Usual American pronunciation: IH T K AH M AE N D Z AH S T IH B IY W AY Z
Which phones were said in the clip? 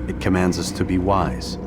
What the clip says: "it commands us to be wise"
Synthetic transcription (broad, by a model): IH T K AH M AE N D Z AH S T IH B IY W AY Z